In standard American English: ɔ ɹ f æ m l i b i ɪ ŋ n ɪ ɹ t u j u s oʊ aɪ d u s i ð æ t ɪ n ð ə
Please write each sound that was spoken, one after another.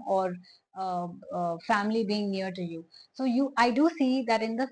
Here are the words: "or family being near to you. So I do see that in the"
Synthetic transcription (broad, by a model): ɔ ɹ f æ m l i b i ɪ ŋ n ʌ ɹ t u j u s oʊ aɪ d u s i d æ t ɪ n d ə